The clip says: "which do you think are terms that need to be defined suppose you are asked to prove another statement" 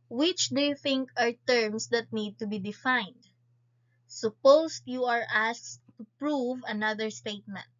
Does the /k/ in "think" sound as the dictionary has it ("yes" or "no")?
yes